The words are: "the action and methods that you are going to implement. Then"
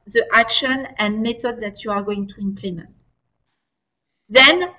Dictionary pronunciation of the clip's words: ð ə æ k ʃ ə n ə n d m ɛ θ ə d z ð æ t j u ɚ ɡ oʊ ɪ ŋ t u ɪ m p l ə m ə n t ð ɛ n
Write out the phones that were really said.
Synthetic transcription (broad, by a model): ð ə æ k ʃ ə n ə n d m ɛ t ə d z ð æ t j u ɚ ɡ oʊ ɪ ŋ t u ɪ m p l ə m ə n t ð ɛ n